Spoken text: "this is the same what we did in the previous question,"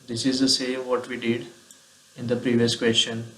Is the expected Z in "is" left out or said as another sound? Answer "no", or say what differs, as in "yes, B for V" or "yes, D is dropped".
no